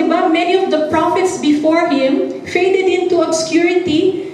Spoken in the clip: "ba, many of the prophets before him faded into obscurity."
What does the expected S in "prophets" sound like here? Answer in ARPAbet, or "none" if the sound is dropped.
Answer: S